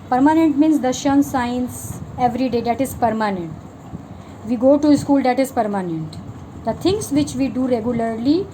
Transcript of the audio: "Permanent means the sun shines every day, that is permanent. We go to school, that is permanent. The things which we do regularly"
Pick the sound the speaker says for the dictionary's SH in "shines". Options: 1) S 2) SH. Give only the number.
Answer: 1